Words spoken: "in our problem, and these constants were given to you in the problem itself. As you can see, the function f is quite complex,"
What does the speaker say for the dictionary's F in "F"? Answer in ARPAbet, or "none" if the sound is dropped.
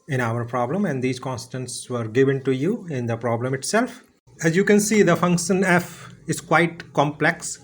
F